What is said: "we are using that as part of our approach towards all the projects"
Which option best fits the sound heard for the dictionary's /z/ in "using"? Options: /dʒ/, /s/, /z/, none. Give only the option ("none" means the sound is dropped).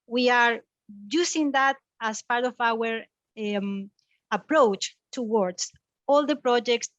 /s/